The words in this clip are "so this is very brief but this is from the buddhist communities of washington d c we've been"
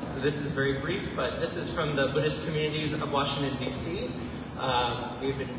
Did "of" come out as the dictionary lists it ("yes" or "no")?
yes